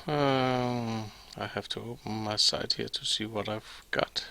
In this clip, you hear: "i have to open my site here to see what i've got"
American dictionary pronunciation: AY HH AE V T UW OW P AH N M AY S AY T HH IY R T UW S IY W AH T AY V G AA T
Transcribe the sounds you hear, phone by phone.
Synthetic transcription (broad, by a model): AY HH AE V T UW OW P AH N M AY S AY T HH IY R T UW S IY W AH T AY V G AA T